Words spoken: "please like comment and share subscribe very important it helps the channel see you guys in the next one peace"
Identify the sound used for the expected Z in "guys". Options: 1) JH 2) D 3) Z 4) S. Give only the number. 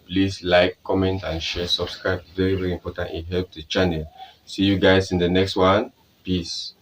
4